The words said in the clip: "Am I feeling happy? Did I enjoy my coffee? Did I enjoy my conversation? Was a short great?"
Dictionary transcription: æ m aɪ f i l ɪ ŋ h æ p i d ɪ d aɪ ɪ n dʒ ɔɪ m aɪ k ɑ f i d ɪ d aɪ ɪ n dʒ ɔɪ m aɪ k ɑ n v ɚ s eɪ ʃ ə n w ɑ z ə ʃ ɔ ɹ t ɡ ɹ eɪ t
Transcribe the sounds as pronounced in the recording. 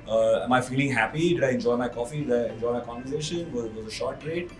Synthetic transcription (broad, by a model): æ m aɪ f i l ɪ ŋ h æ p i d ɪ d aɪ ɪ n dʒ ɔɪ m aɪ k ɑ f i d ɪ d aɪ ɪ n dʒ ɔɪ m aɪ k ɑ n v ɚ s eɪ ʃ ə n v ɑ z ə ʃ ɔ ɹ t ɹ eɪ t